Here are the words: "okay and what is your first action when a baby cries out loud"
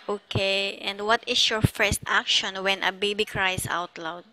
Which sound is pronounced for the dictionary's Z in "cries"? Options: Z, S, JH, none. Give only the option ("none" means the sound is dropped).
S